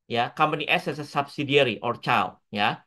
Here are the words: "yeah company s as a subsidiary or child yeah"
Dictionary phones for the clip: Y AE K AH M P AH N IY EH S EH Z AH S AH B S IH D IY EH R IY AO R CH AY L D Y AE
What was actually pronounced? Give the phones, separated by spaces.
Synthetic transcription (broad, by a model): Y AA K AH M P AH N IY EH S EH S AH S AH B S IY D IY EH R IY AO R CH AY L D Y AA